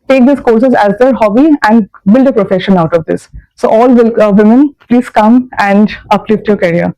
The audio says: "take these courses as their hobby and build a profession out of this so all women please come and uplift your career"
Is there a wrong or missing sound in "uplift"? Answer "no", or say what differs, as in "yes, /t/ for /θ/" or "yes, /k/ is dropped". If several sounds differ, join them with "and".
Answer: no